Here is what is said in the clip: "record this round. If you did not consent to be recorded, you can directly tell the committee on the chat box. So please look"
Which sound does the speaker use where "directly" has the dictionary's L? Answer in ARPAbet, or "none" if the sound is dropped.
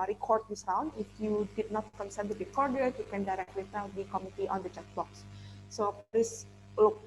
W